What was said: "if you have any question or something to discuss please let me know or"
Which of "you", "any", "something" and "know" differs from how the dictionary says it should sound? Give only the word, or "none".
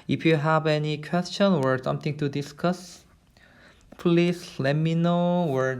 something